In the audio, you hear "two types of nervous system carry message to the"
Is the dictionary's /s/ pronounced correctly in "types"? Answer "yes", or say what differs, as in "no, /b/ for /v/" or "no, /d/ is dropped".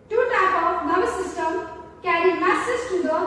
no, /s/ is dropped